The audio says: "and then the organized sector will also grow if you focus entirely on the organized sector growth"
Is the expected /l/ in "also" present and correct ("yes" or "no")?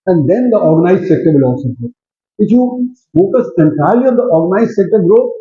no